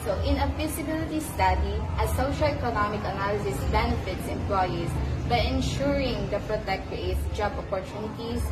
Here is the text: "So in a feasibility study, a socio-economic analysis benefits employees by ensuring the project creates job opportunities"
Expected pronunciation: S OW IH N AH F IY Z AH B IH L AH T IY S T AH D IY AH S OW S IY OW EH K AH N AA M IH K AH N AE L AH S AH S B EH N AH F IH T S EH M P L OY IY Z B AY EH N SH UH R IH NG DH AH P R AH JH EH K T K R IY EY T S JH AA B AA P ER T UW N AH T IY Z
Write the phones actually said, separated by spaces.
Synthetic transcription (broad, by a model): S OW IH N AH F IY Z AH B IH L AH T IY S T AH D IY AH S OW SH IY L EH K AH N AA M IH K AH N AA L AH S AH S B EH N AH F IH T S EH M P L OY IY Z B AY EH N SH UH R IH NG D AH F R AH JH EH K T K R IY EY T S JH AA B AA P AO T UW N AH T IY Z